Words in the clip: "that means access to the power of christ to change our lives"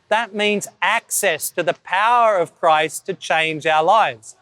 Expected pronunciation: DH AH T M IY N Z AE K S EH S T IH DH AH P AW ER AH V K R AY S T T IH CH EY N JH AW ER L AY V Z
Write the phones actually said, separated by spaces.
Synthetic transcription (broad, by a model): DH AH T M IY N Z AE K S EH S T IH DH AH P AW ER AH V K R AY S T T IH CH EY N JH AW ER L AY V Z